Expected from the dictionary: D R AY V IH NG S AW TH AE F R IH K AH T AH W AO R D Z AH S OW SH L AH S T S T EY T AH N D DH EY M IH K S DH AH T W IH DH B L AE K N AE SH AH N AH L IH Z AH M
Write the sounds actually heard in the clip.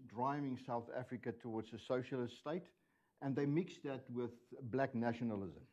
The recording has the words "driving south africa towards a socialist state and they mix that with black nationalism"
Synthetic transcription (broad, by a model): D R AY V IH NG S AW TH AE F R IH K AH T AH W AO R D Z AH S OW SH L AH S T S T EY T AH N DH EY M IH K S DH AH T W IH DH B L AE K N AE SH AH N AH L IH Z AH M